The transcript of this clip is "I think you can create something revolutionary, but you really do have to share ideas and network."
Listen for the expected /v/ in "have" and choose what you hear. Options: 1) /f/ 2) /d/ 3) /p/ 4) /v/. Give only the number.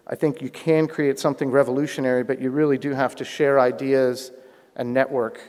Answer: 1